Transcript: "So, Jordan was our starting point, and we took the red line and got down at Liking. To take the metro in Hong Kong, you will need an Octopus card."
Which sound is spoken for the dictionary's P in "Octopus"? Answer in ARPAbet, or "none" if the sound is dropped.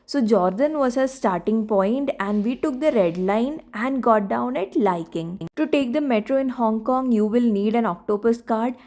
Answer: B